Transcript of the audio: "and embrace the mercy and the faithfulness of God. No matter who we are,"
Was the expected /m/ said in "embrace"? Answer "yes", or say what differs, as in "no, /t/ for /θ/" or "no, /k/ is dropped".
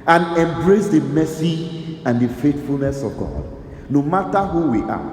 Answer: yes